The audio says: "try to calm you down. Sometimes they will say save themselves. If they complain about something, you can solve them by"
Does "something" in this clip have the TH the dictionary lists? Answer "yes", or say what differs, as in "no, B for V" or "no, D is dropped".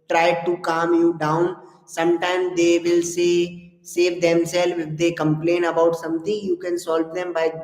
no, T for TH